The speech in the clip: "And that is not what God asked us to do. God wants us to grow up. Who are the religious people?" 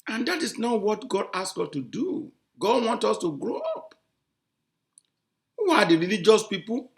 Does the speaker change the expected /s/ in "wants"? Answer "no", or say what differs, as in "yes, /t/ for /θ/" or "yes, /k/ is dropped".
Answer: yes, /s/ is dropped